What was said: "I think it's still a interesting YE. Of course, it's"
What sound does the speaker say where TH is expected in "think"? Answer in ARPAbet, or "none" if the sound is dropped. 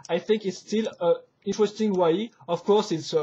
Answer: TH